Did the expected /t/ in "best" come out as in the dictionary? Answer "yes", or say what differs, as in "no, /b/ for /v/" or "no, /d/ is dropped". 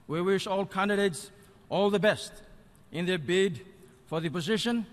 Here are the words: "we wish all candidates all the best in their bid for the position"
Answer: yes